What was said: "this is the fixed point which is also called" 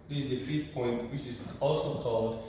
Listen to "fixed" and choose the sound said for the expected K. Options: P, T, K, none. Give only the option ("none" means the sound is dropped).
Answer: none